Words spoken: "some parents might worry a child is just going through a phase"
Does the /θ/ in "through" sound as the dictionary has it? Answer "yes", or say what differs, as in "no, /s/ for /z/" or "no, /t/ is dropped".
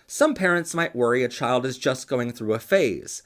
yes